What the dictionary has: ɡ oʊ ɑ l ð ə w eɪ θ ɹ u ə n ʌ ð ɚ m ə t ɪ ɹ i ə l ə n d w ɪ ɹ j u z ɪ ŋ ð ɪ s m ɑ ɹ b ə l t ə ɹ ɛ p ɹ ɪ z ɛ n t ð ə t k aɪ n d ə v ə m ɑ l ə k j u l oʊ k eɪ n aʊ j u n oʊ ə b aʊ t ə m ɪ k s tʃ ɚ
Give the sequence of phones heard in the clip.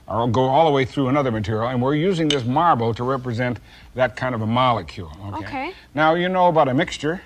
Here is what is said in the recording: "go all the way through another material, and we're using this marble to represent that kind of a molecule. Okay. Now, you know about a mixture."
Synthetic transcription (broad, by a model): ɡ oʊ ɑ l ð ə w eɪ θ ɹ u ə n ʌ ð ɚ m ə t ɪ ɹ i l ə n w ɪ ɹ j u z ɪ ŋ ð ɪ s m ɑ ɹ b l t ə ɹ ɛ p ɹ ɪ z ɛ n ð ə t k aɪ n d ə v ə m ɑ l ə k j u l oʊ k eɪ n aʊ j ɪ n oʊ ə b aʊ t ə m ɪ k s tʃ ɚ